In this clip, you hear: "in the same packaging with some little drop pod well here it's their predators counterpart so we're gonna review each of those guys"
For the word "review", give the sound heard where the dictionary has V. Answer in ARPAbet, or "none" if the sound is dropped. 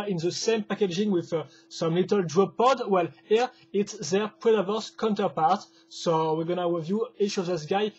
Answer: V